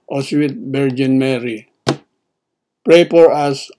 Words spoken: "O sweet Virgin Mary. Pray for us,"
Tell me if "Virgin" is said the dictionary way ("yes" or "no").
no